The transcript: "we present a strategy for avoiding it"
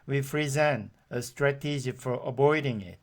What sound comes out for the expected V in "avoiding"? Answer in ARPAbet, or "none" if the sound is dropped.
B